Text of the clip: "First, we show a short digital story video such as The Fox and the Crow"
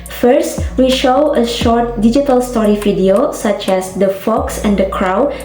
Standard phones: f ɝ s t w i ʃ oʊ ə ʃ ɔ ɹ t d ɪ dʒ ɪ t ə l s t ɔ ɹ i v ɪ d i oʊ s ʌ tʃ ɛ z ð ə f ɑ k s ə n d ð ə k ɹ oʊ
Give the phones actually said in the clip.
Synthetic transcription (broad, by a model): f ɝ s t w i ʃ oʊ ə ʃ ɔ ɹ t d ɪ dʒ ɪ t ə l s t ɔ ɹ i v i d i oʊ s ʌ tʃ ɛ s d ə f ɑ k s ə n d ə k ɹ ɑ